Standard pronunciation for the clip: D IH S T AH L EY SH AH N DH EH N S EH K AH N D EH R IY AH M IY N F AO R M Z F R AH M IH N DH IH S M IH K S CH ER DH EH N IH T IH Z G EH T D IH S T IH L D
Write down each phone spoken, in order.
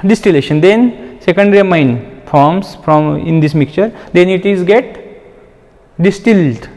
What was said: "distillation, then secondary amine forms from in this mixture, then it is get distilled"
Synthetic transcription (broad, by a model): D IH S T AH L EY SH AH N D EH N S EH K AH N D R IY M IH N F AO R M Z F R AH M IH N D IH S M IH K CH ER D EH N IH T IH Z G EH T D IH S T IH L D